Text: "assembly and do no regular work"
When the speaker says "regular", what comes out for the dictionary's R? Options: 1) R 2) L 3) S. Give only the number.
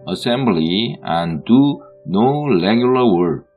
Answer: 2